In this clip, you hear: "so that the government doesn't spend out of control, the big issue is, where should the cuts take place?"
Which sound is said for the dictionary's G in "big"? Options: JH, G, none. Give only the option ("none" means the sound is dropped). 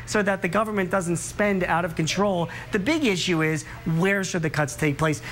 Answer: G